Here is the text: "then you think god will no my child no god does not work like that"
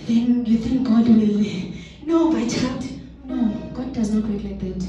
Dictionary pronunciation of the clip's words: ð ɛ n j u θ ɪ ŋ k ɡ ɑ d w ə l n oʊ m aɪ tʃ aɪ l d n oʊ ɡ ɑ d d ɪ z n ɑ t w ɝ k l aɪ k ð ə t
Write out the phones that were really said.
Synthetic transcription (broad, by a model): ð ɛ n j u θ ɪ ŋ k ɡ ɑ d w ə l n oʊ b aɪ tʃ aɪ d n oʊ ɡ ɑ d d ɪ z n ɑ t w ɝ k l aɪ k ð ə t